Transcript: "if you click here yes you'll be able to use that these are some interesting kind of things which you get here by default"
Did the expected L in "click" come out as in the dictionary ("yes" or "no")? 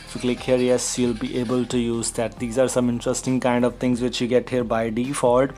yes